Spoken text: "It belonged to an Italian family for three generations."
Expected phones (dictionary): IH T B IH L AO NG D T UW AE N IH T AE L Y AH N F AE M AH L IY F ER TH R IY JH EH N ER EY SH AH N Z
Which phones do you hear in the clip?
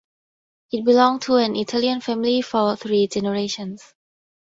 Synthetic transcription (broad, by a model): IH T B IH L AO NG T UW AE N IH T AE L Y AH N F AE M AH L IY F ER TH R IY JH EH N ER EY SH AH N S